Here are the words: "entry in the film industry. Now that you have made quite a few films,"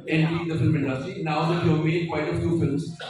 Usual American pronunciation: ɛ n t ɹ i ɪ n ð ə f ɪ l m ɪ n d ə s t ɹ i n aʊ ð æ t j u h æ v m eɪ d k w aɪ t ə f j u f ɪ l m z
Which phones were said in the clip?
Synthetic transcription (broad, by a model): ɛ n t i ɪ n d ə f ɪ l m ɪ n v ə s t i n aʊ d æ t j u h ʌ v m eɪ d k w aɪ t ə f j u f ɪ l m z